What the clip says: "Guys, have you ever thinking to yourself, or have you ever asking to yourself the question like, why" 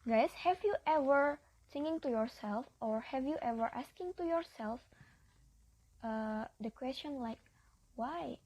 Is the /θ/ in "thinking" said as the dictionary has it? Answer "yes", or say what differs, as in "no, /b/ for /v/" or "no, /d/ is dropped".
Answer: no, /s/ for /θ/